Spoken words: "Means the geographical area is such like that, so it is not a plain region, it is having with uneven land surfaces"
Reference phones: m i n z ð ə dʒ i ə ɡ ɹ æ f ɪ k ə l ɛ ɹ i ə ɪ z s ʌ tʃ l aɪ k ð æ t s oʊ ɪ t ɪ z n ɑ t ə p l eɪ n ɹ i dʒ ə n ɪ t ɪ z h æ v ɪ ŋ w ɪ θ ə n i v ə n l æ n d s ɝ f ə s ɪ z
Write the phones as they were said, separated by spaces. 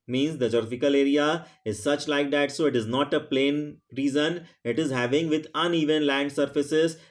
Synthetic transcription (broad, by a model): m i n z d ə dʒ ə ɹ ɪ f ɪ k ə l ɛ ɹ i ə ɪ z s ʌ tʃ l aɪ k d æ t s oʊ ɪ t ɪ z n ɑ t ə p l eɪ n ɹ i z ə n ɪ t ɪ z h æ v ɪ ŋ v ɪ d ə n i v ə n l æ n d s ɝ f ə s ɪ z